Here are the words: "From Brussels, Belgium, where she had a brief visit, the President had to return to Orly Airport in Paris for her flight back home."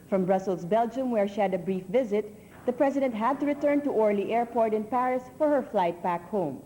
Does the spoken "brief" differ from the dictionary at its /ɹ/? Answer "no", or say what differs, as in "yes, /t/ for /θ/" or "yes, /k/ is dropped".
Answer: no